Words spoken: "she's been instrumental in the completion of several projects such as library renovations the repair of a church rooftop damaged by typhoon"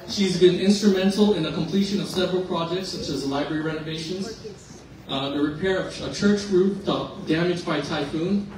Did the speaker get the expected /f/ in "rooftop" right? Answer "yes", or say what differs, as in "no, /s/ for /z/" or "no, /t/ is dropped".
no, /f/ is dropped